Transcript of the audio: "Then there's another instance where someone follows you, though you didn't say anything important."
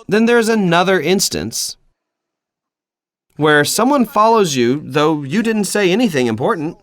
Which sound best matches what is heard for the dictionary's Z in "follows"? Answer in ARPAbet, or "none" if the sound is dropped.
Z